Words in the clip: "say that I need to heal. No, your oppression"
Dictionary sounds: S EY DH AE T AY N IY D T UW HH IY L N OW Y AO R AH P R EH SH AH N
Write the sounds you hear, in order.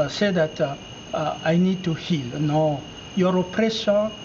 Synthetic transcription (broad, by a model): S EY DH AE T AY N IY D T UW HH IY L N OW Y AO R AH P R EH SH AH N